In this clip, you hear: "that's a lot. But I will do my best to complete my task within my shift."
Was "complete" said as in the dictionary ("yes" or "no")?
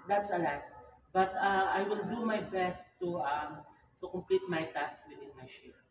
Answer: yes